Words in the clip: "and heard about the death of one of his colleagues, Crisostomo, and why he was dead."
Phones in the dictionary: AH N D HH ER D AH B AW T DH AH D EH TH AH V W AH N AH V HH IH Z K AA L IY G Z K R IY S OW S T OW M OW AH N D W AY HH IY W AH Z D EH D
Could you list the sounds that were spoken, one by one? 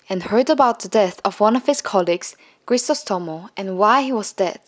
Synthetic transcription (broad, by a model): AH N HH ER D AH B AW T DH AH D EH TH AH V W AH N AH V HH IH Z K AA L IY G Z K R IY S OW S T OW M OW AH N W AY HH IY W AH Z D EH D